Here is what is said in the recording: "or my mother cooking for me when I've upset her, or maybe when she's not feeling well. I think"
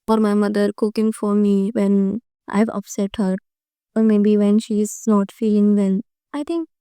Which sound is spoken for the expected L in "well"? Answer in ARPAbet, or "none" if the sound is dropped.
N